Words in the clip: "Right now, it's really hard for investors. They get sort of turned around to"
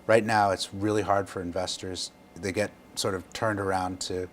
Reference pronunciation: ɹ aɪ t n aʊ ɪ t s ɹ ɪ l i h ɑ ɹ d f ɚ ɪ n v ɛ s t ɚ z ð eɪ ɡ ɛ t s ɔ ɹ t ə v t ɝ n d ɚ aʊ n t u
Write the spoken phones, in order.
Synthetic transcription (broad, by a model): ɹ aɪ t n aʊ ɪ t s ɹ ɪ l i h ɑ ɹ d f ɚ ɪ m v ɛ s t ɚ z ð eɪ ɡ ɛ t s ɔ ɹ t ə v t ɝ n d ɚ aʊ n t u